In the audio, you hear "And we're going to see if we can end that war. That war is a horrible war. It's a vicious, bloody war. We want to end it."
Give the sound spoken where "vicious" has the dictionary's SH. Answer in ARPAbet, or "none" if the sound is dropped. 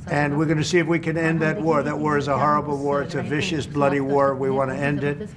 SH